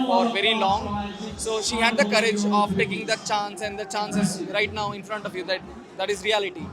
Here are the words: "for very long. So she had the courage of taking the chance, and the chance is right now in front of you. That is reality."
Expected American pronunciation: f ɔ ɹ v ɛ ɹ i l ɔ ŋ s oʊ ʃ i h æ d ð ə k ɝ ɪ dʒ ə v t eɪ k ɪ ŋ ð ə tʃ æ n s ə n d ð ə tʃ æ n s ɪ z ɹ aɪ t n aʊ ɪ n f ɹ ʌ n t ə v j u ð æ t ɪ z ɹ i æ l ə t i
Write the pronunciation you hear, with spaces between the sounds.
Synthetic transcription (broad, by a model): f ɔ ɹ v ɛ ɹ i l ɔ ŋ s oʊ ʃ i h æ d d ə k ɝ ɪ dʒ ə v t eɪ k ɪ ŋ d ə tʃ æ n s ə n d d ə tʃ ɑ n s ɪ z ɹ aɪ t n aʊ ɪ n f ɹ ʌ n t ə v j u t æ t ɪ z ɹ i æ l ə t i